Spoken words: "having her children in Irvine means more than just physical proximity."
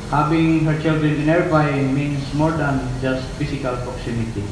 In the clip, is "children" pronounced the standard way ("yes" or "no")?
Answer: yes